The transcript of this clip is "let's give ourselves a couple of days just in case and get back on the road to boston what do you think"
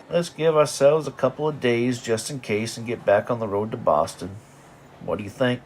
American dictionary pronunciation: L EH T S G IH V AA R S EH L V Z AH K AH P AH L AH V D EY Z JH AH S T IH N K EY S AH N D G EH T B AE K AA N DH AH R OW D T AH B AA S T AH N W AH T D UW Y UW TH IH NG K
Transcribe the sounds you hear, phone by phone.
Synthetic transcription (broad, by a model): L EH T S G IH V AA R S EH L V Z AH K AH P L AH V D EY Z JH AH S T IH N K EY S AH N G EH T B AE K N DH AH R OW D T AH B AA S T AH N W AH T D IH Y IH TH IH NG K